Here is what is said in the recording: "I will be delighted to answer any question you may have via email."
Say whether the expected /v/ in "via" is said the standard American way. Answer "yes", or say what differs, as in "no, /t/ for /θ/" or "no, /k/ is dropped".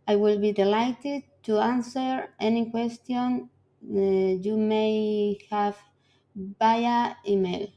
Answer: no, /b/ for /v/